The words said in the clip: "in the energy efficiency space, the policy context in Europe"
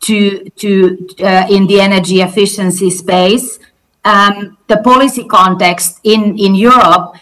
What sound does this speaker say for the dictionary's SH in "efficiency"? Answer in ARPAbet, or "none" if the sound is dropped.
SH